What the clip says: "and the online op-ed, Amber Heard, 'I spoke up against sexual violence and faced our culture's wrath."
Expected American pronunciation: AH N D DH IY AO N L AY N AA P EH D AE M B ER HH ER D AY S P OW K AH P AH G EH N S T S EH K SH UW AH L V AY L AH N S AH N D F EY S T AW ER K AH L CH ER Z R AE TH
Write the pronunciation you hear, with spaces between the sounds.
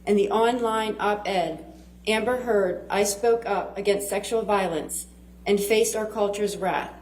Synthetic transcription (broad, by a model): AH N DH IY AO N L AY N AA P EH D AE M B ER HH ER D AY S P OW K AH P AH G EH N S T S EH K SH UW L V AY L AH N S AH N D F EY S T AW ER K AH L CH ER Z R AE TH